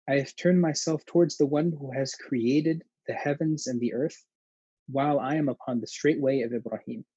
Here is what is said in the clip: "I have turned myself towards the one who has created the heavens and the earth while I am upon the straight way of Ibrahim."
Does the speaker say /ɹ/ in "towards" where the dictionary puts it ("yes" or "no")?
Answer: yes